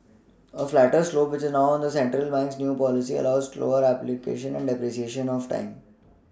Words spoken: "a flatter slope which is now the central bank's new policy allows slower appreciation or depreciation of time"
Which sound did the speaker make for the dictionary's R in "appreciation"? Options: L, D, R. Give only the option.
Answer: L